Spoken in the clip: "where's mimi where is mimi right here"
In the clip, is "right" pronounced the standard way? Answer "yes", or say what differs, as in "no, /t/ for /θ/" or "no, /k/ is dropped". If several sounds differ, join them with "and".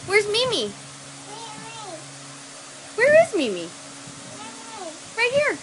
no, /w/ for /ɹ/